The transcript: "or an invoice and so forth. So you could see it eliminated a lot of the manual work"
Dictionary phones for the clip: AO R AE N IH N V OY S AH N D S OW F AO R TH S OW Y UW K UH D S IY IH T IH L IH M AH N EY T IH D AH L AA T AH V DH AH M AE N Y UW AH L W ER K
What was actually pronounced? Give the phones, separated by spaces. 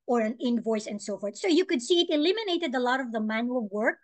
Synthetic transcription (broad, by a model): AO R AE N IH N V OY S AH N D S OW F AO R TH S OW Y UW K UH D S IY IH T IH L IH M AH N EY T IH D AH L AA T AH V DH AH M AE N Y UW AH L W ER K